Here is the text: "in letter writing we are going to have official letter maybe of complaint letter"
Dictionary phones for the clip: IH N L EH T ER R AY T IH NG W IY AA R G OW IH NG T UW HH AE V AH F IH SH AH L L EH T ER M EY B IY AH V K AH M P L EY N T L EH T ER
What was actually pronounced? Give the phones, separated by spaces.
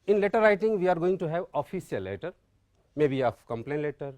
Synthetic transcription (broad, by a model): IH N L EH T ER R AY T IH NG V IY AA R G OW IH NG T UW HH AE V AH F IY S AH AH L EH T ER M EY B IY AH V K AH M P L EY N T L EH T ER